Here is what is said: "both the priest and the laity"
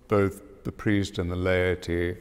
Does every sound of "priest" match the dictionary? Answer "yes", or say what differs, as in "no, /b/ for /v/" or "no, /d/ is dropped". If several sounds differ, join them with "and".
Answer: yes